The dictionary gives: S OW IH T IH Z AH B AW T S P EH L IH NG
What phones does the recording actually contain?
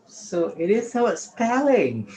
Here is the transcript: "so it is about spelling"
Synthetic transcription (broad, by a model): S OW IH T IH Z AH UH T S P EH L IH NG